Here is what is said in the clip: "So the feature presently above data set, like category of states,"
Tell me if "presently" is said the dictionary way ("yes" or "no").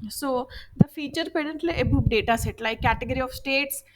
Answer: no